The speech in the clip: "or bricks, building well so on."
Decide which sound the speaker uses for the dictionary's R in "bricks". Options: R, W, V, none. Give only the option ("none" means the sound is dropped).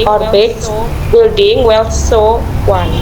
none